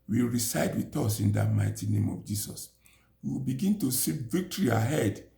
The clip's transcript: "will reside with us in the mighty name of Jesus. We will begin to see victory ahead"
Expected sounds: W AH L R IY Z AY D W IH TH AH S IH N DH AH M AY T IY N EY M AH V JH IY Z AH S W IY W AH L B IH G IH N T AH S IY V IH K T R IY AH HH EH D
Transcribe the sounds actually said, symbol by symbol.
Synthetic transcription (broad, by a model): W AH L R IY S AY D W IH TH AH S IH N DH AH M AY T IY N EY M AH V JH IY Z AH S W IY W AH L B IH G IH N T AH S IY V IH K T R IY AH HH EH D